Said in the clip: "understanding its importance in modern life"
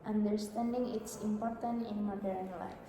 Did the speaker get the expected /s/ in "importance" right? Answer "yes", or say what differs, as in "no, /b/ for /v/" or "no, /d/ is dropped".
no, /s/ is dropped